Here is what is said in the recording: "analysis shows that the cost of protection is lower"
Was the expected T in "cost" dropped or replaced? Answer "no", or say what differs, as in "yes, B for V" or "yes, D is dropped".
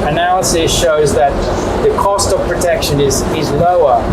no